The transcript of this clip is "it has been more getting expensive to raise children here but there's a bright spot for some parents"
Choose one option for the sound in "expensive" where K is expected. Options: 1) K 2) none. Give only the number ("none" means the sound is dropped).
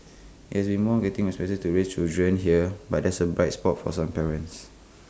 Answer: 2